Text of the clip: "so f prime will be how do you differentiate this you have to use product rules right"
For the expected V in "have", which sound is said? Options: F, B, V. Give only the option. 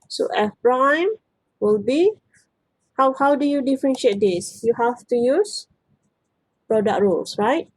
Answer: F